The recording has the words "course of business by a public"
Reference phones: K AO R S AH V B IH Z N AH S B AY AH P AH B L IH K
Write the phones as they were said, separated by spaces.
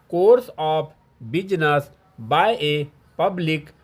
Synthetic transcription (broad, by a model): K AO R S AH P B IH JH N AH S B AY AH P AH B L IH K